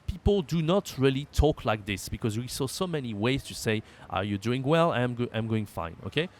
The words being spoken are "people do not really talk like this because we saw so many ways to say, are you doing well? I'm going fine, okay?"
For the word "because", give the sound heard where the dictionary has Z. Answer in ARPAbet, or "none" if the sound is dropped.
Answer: Z